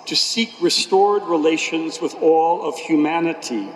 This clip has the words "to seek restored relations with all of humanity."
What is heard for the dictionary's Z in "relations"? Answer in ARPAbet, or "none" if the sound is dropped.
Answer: Z